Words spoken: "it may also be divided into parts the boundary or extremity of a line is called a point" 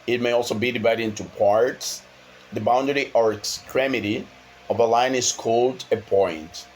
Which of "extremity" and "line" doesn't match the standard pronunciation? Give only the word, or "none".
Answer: none